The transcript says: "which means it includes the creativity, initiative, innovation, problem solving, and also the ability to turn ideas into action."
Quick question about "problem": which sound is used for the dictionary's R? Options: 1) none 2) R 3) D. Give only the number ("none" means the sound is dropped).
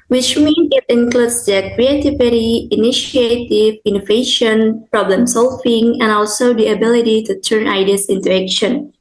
2